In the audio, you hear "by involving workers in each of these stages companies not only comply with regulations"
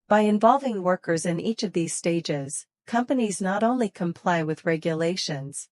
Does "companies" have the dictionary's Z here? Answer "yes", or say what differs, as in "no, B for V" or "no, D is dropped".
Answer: yes